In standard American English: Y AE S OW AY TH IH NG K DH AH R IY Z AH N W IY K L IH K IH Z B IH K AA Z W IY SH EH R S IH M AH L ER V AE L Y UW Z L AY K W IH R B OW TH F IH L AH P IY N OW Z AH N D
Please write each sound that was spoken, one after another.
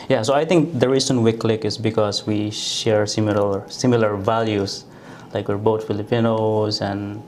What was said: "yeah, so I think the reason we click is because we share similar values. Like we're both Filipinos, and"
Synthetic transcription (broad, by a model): Y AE S OW AY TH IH NG K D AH R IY S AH N W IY K L IH K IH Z B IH K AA S W IY SH EH R S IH M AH L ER V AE L Y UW S L AY K W IH R B OW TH F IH L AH P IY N OW S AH N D